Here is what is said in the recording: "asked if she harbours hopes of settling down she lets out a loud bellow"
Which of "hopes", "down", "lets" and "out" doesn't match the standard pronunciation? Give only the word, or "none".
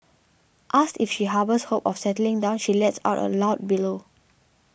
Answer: hopes